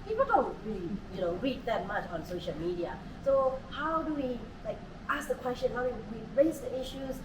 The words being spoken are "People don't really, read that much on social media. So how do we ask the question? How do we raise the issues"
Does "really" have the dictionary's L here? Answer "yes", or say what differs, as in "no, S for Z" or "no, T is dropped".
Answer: no, N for L